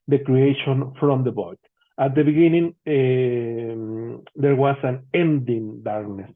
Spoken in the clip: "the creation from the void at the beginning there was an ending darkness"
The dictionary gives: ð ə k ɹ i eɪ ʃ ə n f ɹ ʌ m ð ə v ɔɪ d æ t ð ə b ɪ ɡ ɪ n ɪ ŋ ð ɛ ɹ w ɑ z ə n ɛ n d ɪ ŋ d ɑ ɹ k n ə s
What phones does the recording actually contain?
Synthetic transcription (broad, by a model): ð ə k ɹ i eɪ ʃ ə n f ɹ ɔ m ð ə b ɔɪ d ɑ t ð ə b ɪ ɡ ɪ n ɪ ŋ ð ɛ ɹ w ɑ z ə n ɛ n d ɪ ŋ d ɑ ɹ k n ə s